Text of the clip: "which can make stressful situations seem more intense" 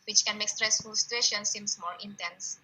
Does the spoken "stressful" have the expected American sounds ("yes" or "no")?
yes